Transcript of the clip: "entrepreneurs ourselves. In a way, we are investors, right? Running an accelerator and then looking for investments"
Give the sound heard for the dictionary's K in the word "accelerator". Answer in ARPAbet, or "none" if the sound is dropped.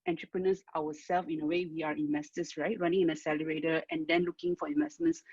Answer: none